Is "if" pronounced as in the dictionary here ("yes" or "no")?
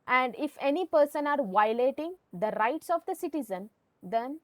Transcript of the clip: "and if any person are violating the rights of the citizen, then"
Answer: yes